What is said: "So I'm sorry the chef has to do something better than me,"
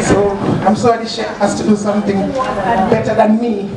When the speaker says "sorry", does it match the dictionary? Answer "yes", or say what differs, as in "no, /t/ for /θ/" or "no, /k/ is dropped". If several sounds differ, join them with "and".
no, /ɹ/ is dropped